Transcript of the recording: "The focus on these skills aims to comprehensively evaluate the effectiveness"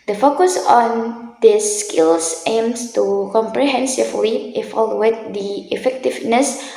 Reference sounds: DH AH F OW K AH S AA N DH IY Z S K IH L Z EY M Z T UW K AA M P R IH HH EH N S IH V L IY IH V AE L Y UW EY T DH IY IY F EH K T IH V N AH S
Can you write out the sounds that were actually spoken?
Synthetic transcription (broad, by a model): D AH F OW K AH S AA N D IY S K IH L S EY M S T UW K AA M P R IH HH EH N S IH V L IY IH F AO L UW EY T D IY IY F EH K T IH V N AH S